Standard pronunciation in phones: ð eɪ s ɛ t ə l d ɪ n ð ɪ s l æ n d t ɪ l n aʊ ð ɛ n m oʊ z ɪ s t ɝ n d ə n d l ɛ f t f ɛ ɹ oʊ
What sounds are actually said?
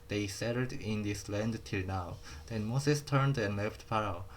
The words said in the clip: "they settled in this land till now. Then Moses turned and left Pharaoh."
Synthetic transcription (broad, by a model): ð eɪ s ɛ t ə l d ɪ n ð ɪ s l æ n d t ɪ l n aʊ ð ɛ n m oʊ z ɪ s t ɝ n d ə n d l ɛ f t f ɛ ɹ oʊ